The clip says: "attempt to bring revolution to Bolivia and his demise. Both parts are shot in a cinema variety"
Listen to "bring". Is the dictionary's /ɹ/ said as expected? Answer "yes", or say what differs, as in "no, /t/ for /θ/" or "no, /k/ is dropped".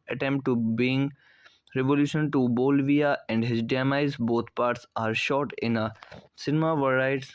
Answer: no, /ɹ/ is dropped